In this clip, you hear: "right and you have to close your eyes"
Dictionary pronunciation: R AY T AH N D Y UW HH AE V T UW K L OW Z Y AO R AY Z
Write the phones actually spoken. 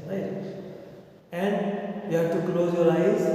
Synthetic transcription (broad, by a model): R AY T AH N D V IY HH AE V T UW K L OW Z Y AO L AY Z